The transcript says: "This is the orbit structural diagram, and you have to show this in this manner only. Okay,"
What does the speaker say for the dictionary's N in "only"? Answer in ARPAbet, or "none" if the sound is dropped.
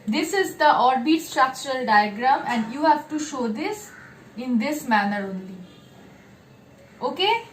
N